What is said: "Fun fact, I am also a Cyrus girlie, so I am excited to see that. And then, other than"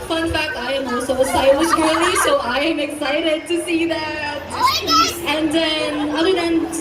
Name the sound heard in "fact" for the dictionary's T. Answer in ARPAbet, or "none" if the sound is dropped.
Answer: none